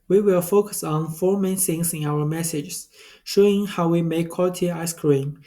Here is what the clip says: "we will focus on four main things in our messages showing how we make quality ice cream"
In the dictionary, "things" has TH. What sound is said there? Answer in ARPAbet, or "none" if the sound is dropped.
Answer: S